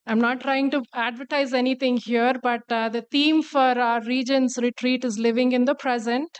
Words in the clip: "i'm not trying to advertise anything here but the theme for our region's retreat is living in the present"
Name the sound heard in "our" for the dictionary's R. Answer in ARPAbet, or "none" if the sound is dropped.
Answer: R